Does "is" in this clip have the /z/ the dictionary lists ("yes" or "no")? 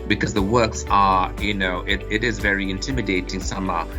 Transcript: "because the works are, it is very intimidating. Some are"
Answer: yes